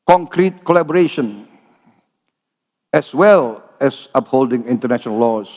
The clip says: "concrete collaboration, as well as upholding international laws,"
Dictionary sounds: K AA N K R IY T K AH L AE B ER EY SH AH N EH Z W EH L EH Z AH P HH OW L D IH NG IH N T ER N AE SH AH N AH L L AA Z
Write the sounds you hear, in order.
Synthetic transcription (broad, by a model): K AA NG K R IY T K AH L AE B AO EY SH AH N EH S W EH L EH S AH P HH OW L D IH NG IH N T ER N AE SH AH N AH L L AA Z